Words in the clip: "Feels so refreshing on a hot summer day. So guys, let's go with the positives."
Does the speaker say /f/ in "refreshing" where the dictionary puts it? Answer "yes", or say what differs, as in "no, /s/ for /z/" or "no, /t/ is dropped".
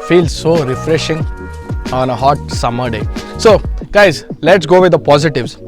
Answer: yes